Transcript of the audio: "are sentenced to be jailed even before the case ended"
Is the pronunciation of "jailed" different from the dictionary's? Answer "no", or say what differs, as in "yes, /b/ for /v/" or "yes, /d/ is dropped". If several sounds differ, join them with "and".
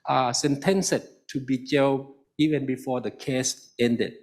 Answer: yes, /d/ is dropped